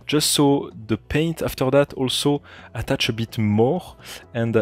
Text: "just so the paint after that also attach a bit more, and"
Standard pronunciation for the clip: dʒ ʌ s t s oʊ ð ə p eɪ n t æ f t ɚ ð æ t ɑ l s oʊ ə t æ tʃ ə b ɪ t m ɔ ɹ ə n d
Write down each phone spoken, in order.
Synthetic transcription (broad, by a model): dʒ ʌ s t s oʊ ð ə p eɪ n t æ f t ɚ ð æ t ɑ l s oʊ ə t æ tʃ ə b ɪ t m ɔ ɹ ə n d